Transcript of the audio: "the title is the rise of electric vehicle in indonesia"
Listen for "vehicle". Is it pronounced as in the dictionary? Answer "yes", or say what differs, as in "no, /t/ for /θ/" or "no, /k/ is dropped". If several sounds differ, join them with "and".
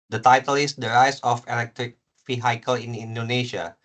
no, /f/ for /v/